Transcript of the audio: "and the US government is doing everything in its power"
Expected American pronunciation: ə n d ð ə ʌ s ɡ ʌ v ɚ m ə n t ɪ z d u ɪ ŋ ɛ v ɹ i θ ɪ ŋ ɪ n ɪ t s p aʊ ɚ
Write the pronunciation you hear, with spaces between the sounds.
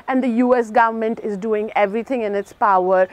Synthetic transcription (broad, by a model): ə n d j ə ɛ s ɡ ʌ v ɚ m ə n t ɪ z d u ɪ ŋ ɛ v ɹ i t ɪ ŋ ɪ n ɪ t s p aʊ ɚ